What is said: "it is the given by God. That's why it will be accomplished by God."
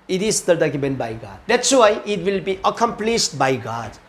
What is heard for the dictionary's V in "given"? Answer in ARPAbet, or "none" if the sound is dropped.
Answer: B